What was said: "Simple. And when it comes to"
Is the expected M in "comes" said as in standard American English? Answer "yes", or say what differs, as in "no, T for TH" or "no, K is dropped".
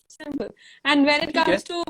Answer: no, M is dropped